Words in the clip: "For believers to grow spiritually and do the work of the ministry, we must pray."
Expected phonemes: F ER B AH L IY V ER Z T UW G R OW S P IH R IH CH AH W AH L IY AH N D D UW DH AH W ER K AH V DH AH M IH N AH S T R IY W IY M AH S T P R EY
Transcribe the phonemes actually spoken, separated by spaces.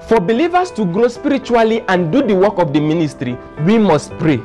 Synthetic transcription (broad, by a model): F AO B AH L IY V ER S T UW G R OW S P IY R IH CH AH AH L IY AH N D D UW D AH W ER K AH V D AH M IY N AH S T R IY W IY M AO S T P R EY